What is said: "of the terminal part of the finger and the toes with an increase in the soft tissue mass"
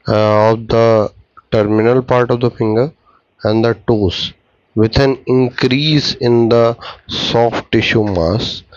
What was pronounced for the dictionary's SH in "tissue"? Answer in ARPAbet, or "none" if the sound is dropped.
SH